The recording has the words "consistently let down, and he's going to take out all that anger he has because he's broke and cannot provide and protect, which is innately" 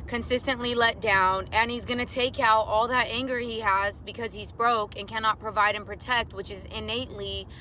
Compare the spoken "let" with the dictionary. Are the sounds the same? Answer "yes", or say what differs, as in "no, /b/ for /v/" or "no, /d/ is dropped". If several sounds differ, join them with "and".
yes